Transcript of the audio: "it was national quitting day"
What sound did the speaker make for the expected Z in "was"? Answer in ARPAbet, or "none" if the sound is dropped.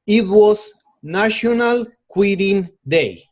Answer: S